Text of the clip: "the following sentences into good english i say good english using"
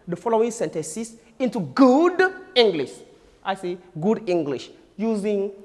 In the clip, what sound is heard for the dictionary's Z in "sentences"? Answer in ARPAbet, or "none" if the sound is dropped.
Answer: S